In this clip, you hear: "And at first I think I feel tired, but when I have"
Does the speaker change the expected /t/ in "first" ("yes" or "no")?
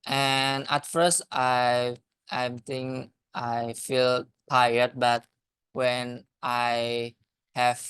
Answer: no